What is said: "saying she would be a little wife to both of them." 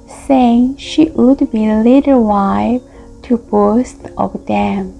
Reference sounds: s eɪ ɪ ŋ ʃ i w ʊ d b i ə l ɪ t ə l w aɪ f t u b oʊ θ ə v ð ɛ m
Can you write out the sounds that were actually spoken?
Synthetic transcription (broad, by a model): s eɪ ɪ ŋ ʃ i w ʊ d b i l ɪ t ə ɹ w aɪ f t u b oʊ t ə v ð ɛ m